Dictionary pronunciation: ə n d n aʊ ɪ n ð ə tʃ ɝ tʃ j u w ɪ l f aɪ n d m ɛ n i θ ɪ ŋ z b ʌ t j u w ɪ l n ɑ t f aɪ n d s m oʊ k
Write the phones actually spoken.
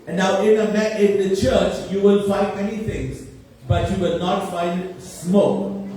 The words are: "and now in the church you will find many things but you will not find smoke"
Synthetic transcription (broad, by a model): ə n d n aʊ ɪ n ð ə tʃ ɝ tʃ j u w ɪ l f aɪ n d m ɛ n i t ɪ ŋ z b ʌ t j u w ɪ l n ɑ t f aɪ n d s m oʊ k